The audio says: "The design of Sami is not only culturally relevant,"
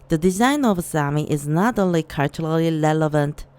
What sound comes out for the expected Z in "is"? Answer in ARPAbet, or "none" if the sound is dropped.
Z